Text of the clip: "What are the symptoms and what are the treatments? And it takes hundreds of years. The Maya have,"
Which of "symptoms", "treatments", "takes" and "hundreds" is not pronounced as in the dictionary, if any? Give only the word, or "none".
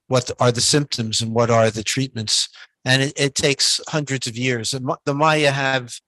none